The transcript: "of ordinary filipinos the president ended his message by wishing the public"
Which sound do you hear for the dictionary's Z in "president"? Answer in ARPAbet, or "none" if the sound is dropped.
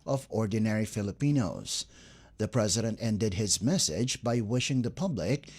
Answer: Z